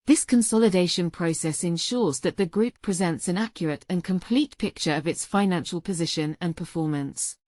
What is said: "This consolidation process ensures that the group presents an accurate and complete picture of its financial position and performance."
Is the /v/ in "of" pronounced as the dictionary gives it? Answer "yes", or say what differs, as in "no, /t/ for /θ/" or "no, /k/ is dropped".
yes